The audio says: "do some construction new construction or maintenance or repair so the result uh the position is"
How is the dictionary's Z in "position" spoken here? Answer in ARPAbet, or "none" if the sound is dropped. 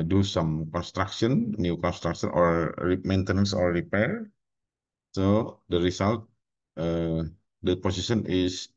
S